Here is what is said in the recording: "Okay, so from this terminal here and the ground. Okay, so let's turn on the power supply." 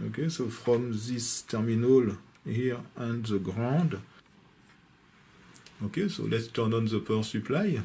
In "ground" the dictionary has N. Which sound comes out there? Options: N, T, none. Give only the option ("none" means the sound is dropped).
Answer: none